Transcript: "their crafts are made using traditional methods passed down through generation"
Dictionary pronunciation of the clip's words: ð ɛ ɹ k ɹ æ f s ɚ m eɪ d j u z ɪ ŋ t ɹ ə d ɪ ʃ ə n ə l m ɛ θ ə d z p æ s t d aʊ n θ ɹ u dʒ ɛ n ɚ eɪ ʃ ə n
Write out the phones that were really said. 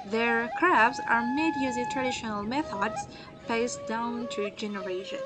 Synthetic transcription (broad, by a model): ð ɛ ɹ k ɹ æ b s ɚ m eɪ d j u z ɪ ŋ t ɹ ə d ɪ ʃ ə n ə l m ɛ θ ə d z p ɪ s d aʊ n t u dʒ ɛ n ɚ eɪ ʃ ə n